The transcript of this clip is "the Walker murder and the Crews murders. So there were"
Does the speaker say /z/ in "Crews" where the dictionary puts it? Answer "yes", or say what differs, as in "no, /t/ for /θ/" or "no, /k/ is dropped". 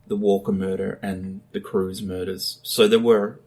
yes